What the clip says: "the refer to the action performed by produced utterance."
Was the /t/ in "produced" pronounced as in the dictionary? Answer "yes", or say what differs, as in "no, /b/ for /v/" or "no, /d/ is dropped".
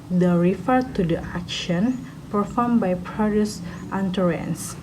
yes